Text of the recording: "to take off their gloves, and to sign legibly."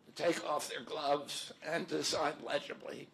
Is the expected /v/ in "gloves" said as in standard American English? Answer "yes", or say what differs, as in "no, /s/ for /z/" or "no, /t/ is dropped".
yes